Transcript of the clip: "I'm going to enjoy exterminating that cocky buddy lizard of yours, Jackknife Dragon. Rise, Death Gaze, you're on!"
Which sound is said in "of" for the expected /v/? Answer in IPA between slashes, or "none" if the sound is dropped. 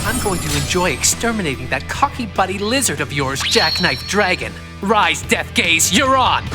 /v/